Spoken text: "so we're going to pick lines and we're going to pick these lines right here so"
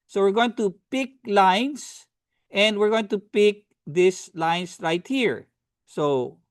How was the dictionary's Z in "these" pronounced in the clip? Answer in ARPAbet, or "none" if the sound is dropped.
S